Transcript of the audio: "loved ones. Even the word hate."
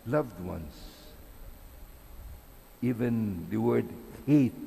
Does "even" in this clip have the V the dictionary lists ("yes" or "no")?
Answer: yes